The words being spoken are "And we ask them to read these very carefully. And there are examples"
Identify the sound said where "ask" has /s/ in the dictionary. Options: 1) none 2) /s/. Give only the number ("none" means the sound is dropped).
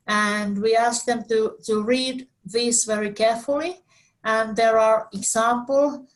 2